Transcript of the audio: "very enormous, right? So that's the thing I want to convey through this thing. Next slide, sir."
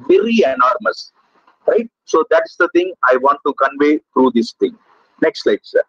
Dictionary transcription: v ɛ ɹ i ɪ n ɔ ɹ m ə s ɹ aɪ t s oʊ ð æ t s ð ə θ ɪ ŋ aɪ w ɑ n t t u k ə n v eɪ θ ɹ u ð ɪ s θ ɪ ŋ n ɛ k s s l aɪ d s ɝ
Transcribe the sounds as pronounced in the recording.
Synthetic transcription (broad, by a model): v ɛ ɹ i ɪ n ɔ ɹ m ə s ɹ aɪ t s oʊ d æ t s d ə t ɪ ŋ aɪ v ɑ n t t u k ə n v eɪ t ɹ u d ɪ s t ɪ ŋ n ɛ k s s l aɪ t s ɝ